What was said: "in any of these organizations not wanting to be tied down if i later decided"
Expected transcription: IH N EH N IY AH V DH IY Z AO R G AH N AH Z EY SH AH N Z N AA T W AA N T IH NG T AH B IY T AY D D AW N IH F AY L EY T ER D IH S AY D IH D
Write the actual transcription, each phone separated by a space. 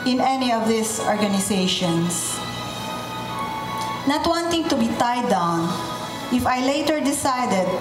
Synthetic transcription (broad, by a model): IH N EH N IY AH V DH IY S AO R G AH N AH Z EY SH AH N S N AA T W AA N T IH NG T AH B IY T AY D D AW N IH F AY L EY T ER D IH S AY D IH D